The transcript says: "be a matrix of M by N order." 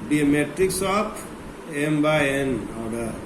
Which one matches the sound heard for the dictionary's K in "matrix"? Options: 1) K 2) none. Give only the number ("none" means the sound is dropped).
1